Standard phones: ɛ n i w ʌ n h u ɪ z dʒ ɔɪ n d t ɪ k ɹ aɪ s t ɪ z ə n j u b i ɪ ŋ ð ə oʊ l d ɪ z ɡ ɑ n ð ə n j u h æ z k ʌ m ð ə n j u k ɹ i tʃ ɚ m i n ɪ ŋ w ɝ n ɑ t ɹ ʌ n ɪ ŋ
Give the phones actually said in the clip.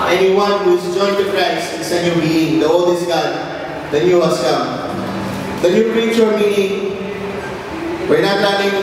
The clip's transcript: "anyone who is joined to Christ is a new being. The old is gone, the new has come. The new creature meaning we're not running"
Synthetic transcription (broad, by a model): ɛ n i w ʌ n h u ɪ z dʒ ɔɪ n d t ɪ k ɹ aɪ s ɪ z ə n j u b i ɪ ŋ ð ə oʊ l d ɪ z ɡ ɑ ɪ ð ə n j u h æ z k ʌ m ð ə n j u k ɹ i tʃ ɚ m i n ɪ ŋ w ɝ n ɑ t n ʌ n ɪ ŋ